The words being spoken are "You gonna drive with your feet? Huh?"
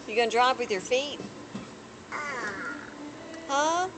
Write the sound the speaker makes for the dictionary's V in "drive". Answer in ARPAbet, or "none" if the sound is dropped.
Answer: P